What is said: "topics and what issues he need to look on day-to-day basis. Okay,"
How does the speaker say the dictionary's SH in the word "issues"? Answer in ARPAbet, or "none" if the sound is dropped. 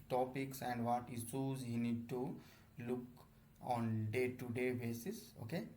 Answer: S